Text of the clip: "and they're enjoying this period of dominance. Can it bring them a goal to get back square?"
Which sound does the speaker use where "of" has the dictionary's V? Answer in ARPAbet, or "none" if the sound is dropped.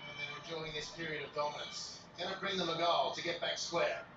V